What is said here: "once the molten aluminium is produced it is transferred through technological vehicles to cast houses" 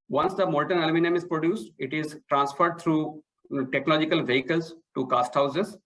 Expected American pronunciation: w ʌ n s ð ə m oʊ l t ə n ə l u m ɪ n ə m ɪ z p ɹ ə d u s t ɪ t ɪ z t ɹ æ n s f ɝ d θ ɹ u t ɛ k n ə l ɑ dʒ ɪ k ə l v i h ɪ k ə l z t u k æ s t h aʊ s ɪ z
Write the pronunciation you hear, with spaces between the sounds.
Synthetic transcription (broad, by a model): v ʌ n s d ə m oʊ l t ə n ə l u m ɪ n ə m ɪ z p ɹ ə d u s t ɪ t ɪ z t ɹ æ n s f ɝ d t ɹ u t ɛ k n ə l ɑ dʒ ɪ k ə l v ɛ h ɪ k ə l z t u k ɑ s t h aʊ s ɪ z